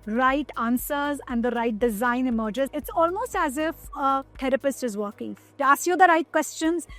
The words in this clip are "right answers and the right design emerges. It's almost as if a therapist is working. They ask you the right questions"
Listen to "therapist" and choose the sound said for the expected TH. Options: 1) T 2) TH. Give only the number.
1